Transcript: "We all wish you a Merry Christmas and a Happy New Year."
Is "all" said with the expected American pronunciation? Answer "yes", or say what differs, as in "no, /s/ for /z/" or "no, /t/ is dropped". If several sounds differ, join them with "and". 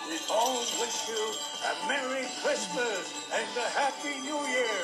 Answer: no, /n/ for /l/